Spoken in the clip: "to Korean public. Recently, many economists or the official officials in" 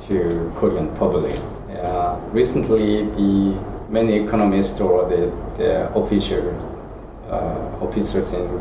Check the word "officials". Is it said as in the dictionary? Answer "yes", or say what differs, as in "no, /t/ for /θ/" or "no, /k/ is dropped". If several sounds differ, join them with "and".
no, /s/ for /ʃ/